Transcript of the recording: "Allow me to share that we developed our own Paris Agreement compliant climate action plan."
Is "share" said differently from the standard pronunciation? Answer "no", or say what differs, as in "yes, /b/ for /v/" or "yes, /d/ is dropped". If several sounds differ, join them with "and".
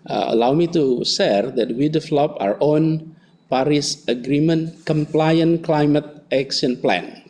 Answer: yes, /s/ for /ʃ/